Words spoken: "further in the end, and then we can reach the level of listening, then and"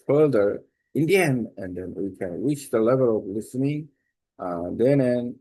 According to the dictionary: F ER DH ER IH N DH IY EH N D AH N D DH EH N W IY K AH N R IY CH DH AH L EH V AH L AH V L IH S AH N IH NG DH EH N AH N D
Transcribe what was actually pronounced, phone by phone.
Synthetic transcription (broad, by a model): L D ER IH N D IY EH N AH N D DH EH N W IY K AH N R IY CH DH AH L EH V AH L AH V L IH S AH N IH NG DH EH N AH N